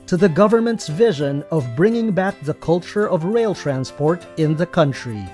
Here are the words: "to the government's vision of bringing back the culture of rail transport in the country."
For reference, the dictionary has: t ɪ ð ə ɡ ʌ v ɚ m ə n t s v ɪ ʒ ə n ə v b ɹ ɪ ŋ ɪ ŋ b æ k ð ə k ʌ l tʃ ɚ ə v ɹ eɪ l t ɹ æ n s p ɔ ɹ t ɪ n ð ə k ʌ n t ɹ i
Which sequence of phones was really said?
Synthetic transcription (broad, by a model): t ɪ ð ə ɡ ʌ v ɚ m ə n t s v ɪ ʒ ə n ə v b ɹ ɪ ŋ ɪ ŋ b æ k ð ə k ʌ l tʃ ɚ ə v ɹ eɪ l t ɹ æ n s p ɔ ɹ t ɪ n ð ə k ʌ n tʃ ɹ i